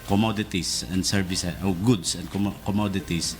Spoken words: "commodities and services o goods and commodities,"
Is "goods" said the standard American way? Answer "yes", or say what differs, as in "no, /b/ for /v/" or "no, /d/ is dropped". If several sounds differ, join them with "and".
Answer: no, /s/ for /z/